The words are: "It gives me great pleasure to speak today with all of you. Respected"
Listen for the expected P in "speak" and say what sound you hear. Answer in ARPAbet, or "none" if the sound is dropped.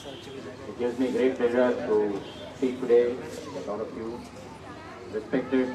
none